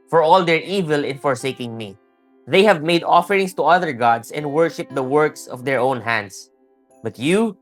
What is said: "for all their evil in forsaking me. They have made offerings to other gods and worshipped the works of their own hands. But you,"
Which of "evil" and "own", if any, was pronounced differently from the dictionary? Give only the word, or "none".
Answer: none